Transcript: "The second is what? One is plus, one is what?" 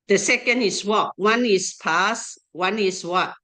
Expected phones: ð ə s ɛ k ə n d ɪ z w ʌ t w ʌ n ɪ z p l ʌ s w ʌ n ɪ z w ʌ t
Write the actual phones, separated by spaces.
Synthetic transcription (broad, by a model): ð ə s ɛ k ə n d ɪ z w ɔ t w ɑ n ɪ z p ɑ s w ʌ n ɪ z w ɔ t